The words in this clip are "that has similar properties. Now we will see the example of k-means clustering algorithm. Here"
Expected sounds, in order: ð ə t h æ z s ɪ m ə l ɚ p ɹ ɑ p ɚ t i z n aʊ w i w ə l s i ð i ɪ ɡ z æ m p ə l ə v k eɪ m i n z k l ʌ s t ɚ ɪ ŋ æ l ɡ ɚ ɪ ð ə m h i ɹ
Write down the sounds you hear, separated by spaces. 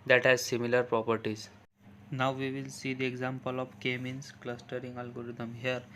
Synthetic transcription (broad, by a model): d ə t h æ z s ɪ m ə l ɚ p ɹ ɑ p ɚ t i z n aʊ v i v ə l s i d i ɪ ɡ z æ m p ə l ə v k eɪ m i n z k l ʌ s t ɚ ɪ ŋ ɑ l ɡ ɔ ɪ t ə m h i ɹ